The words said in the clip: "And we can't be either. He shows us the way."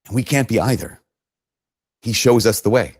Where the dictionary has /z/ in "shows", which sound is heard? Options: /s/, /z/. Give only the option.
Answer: /z/